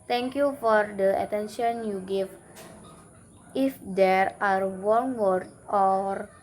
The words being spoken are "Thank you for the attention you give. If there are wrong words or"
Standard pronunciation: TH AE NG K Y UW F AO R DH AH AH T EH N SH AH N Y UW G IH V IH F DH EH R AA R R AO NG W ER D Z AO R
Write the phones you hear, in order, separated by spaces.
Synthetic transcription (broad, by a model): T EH NG K Y UW F AO R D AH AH T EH N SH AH N Y UW G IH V IH F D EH R AA R W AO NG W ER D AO R